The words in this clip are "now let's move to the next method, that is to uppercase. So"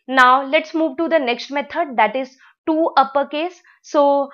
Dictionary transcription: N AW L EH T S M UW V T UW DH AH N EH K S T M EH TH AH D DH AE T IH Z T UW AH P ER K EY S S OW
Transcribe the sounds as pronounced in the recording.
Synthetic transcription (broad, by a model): N AW L EH T S M UW V T UW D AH N EH K S T M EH T AH D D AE T IH Z T UW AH P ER K EY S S OW